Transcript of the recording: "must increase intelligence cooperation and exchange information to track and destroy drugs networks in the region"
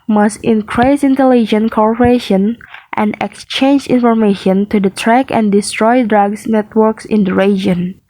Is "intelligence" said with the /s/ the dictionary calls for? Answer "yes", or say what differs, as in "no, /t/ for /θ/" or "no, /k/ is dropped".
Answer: no, /s/ is dropped